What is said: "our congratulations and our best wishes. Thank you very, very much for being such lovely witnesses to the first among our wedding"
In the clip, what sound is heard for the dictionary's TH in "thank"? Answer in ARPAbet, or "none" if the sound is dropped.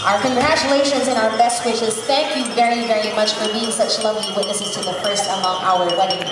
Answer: TH